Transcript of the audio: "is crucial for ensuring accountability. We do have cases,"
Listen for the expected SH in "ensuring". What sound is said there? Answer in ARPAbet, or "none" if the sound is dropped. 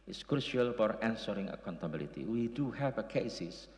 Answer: S